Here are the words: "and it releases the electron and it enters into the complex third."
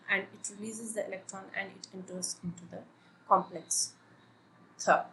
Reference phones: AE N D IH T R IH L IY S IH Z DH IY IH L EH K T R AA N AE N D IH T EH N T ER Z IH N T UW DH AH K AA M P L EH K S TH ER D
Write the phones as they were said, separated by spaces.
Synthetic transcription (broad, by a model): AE N D IH T R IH L IY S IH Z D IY IH L EH K T R AA N AE N D IH T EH N T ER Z IH N T UW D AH K AA M P L EH K S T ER